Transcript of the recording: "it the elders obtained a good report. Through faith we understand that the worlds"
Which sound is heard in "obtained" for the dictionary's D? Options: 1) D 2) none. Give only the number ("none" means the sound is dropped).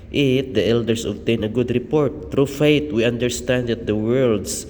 2